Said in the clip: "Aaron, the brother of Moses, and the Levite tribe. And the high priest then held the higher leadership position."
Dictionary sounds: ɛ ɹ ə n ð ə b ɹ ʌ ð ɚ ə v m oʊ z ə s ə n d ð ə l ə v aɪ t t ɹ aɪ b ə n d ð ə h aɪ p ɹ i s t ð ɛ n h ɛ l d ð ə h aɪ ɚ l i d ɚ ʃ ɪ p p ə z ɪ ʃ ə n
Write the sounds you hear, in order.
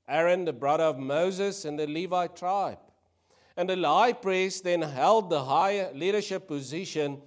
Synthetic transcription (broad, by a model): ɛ ɹ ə n ð ə b ɹ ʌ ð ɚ ə v m oʊ z ə s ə n ð ə l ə v aɪ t t ɹ aɪ b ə n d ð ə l aɪ p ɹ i s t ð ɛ n h ɛ l d ð ə h aɪ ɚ l i d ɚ ʃ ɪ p p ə z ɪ ʃ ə n